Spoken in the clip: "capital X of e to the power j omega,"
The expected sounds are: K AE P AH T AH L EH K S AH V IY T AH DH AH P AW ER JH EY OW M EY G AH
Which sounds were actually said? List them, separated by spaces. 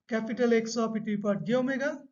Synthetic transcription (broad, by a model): K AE P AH T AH L EH K S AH P IY T AH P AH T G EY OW M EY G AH